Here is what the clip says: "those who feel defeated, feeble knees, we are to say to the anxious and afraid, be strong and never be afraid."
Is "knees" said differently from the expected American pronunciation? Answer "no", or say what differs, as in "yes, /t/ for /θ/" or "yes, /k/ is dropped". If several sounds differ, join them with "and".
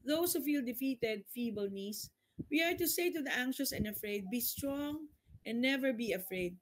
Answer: yes, /s/ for /z/